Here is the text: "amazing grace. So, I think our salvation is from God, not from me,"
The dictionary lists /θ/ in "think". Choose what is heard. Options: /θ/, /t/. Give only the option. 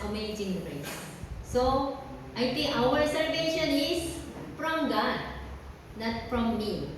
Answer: /t/